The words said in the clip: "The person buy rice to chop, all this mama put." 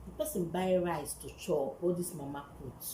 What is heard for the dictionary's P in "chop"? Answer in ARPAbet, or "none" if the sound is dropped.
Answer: none